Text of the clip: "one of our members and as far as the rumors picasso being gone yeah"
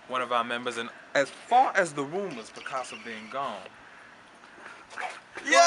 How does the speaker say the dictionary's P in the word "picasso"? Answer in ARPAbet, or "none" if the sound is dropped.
B